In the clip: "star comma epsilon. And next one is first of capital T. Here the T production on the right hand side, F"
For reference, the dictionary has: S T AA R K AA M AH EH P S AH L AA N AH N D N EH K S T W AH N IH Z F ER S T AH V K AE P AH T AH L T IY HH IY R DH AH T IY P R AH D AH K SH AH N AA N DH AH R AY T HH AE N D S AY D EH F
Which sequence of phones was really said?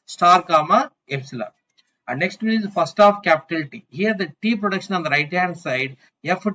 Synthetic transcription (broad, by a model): S T AA R K AA M AH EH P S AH L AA AH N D N EH K S T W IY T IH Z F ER S T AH F K AE P AH T AH L T IY HH IY R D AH T IY P R AH D AH K SH AH N AA N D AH R AY T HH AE D S AY D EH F